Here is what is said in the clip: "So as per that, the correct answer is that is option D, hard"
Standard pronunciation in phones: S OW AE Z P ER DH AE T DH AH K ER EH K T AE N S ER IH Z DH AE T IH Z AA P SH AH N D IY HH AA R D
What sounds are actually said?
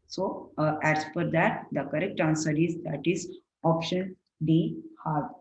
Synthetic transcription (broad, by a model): S OW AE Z F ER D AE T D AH K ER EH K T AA N S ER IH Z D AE T IH Z AA P SH AH N D IY HH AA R